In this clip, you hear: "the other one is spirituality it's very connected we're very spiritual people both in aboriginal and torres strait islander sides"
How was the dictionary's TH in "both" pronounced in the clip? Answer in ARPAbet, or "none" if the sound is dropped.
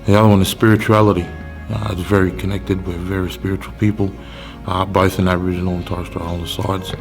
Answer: TH